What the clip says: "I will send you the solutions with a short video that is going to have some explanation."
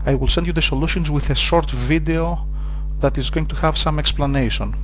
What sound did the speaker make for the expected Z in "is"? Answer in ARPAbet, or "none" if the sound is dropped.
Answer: Z